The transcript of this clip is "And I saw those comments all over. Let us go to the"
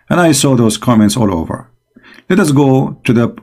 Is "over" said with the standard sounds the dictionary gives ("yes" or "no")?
yes